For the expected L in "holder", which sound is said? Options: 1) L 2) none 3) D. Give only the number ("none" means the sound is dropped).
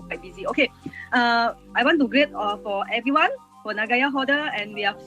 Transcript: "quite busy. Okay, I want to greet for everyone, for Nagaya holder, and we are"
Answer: 2